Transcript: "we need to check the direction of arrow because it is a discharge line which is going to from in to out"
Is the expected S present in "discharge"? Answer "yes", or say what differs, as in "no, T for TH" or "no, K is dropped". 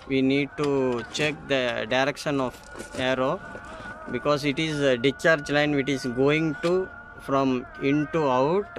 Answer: no, S is dropped